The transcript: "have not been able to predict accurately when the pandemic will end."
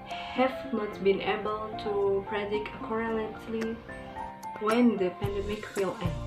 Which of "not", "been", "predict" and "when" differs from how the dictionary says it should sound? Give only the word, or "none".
predict